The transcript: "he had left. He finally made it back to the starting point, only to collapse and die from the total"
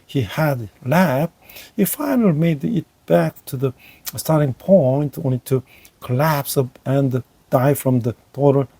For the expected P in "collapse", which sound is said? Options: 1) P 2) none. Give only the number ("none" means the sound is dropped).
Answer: 1